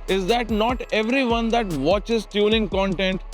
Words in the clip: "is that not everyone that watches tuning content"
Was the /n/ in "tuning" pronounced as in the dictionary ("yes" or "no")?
no